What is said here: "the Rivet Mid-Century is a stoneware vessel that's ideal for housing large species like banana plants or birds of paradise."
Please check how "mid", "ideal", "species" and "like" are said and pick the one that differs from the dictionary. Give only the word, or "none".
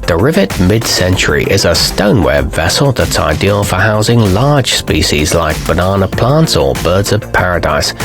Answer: none